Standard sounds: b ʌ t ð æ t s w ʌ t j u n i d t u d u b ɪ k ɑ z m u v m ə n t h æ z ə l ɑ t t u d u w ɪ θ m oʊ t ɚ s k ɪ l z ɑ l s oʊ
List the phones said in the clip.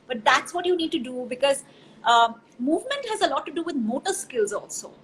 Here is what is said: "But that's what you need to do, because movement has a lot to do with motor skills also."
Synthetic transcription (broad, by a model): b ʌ t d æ t s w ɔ t j u n i d t u d u b ɪ k ɑ z m u v m ə n t h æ z ə l ɑ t t u d u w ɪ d m oʊ t ɚ s k ɪ l z ɑ l s oʊ